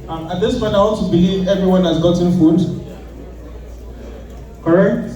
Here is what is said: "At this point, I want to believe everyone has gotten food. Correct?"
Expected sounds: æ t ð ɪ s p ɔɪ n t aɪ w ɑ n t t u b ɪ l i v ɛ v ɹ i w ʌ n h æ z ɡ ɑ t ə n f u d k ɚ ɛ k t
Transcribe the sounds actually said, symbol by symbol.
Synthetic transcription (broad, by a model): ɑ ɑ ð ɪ s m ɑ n aɪ w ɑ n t t u b ɪ l i v ɛ v ɹ i w ʌ n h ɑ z ɡ ɑ t ə n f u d k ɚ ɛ k t